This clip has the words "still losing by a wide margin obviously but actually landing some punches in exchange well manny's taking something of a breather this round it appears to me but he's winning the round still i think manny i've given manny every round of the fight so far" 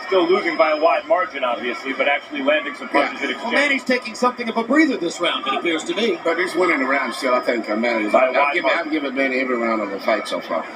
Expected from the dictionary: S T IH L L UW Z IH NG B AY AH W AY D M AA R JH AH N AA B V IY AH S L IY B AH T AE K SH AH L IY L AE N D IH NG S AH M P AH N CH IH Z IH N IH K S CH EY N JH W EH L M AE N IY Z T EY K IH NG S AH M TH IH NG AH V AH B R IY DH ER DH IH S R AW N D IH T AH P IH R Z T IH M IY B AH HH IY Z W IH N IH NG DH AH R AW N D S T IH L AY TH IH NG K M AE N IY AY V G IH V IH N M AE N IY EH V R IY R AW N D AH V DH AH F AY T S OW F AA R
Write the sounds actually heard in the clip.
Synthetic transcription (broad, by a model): S T IH L L UW Z IH NG B AY AH W AY D M AA R JH AH N AA B V IY AH S L IY B AH T AE K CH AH L IY L AE N D IH NG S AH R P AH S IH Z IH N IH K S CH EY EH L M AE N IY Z T EY K IH NG S AH M TH IH NG AH V AH B R IY DH ER DH IH S R AW N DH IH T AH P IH R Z T IH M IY B AH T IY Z W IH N IH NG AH R AW N D S T IH L AY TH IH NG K M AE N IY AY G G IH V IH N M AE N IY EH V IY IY R AW N D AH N DH AH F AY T S OW F AA R